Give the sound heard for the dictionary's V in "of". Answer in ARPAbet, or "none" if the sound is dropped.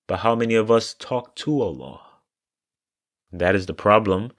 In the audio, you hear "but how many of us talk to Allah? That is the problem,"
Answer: V